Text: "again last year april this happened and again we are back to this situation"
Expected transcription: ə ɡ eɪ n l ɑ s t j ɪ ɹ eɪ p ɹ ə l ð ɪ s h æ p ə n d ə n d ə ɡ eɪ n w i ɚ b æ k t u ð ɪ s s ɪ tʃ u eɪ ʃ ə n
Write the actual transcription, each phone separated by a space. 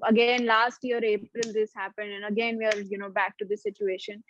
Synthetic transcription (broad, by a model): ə ɡ eɪ n l ɑ s t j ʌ ɹ eɪ p ɹ ə l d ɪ s h æ p ə n d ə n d ə ɡ eɪ n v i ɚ b æ k t u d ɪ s s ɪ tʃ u eɪ ʃ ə n